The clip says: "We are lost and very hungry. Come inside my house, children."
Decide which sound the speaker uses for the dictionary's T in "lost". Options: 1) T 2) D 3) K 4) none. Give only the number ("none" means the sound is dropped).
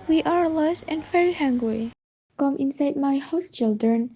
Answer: 4